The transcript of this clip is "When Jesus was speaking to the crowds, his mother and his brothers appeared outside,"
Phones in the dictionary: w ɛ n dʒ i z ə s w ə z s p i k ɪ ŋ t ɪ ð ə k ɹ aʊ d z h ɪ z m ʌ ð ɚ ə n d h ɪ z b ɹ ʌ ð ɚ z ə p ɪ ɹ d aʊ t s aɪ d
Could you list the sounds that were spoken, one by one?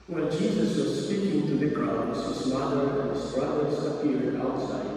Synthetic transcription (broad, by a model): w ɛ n dʒ i z ə s w ə z s p i k ɪ ŋ t ɪ ð ə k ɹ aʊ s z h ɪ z m ʌ ð ɚ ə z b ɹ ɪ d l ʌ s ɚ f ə ɪ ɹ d aʊ t s aɪ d